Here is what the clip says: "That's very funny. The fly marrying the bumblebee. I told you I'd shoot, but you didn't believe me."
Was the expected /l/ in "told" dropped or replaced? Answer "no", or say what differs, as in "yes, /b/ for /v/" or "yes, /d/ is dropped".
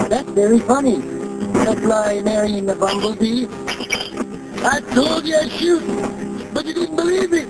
yes, /l/ is dropped